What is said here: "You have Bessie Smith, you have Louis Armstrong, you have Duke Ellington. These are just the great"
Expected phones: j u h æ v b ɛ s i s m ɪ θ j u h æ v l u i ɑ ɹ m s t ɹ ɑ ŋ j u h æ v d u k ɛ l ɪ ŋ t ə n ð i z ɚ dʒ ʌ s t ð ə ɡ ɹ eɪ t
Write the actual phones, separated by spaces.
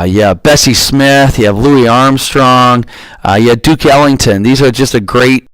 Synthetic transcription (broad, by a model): j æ b ɛ s i s m ɪ θ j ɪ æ v l u i ɑ ɹ m s t ɹ ɑ ŋ j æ d u k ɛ l ɪ ŋ t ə n ð i z ɚ dʒ ʌ s t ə ɡ ɹ eɪ t